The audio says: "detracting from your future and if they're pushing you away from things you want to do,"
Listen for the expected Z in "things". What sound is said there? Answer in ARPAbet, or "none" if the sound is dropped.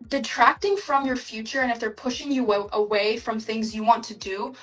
Z